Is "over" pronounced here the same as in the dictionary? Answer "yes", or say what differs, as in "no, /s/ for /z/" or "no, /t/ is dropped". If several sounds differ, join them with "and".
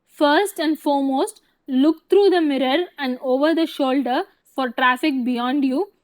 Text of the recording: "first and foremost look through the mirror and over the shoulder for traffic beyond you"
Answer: yes